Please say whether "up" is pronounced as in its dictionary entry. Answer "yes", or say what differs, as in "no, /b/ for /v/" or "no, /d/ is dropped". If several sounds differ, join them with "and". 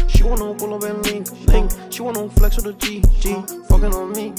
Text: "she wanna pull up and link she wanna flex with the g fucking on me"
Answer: no, /b/ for /p/